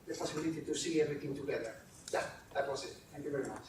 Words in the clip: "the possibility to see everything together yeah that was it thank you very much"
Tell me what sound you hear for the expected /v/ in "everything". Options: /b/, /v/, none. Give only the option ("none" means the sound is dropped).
none